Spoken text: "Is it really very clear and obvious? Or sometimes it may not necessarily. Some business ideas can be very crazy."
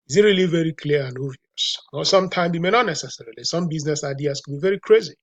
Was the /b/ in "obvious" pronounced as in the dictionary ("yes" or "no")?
no